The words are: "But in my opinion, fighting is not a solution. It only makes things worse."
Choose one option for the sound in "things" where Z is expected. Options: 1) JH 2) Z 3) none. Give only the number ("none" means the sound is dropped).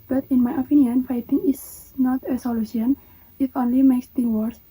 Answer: 3